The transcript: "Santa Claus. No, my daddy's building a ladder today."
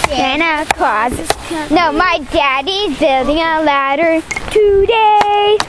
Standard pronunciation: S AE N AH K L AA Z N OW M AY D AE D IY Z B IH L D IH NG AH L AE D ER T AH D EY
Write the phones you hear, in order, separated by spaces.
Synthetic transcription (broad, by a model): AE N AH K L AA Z N OW M AY D AE D IY Z B IH L D IH NG AH L AE D ER T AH D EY